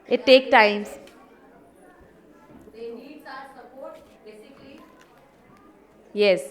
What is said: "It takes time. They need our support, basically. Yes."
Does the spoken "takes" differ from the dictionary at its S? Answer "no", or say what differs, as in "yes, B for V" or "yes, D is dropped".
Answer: yes, S is dropped